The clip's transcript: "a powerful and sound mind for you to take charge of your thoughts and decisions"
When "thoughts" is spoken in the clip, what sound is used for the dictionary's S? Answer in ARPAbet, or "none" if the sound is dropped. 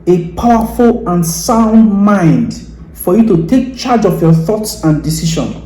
S